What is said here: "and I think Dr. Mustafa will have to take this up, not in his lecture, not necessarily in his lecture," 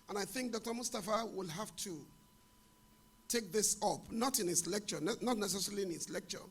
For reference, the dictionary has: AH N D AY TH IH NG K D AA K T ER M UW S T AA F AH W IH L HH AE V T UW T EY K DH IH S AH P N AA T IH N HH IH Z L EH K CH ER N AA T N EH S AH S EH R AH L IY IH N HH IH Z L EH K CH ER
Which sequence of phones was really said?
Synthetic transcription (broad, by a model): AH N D AY TH IH NG K D AA K T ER M UW S T AA F AH W IH L HH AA F T UW T EY K DH IH S AH P N AA T IH N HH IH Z L EH K CH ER N AA T N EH S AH S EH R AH L IY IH N HH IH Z L EH K CH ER